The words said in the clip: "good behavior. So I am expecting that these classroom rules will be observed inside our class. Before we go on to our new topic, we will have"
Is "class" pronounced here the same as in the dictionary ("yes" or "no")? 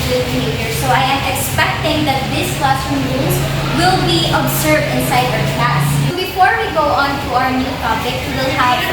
no